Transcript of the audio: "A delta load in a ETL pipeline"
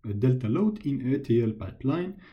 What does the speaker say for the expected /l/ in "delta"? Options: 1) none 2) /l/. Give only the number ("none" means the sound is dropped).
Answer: 2